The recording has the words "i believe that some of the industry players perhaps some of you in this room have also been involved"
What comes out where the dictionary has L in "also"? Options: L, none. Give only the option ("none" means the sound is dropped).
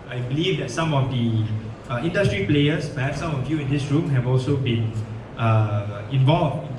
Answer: L